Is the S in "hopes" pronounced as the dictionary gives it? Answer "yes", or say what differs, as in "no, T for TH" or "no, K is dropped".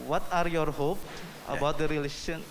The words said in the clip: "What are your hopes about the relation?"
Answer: no, S is dropped